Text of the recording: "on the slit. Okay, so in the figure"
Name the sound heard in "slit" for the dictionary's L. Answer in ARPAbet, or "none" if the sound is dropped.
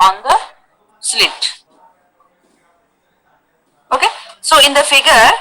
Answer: L